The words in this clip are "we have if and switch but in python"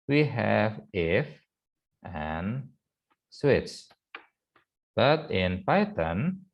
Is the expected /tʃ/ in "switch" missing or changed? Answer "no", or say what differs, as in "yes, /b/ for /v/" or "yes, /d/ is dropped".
yes, /s/ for /tʃ/